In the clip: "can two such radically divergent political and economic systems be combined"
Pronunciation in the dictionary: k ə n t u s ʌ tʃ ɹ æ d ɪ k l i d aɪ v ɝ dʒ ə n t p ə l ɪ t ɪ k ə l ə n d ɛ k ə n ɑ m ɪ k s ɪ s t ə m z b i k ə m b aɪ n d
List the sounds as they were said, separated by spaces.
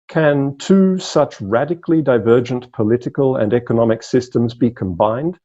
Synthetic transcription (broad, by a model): k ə n t u s ʌ tʃ ɹ æ d ɪ k l i d aɪ v ɝ dʒ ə n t p ə l ɪ t ɪ k ə l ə n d ɛ k ə n ɑ m ɪ k s ɪ s t ə m z b i k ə m b aɪ n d